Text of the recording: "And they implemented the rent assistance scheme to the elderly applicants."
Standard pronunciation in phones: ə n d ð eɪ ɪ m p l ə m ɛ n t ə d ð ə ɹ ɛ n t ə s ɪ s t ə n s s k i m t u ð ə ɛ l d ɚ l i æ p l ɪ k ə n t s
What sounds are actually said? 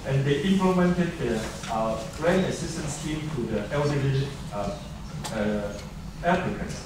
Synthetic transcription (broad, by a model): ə n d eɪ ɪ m p l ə m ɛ n t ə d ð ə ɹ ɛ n ə s ɪ s t ə n s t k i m t u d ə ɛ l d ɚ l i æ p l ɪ k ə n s